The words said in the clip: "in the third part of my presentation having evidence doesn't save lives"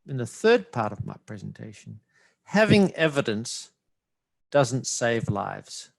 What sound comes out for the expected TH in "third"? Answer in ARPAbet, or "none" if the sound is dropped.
TH